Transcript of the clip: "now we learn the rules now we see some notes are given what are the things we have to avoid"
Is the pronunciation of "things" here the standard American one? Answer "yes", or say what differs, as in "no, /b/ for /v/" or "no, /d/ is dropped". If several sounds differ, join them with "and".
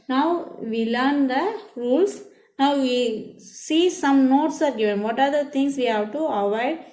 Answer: no, /t/ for /θ/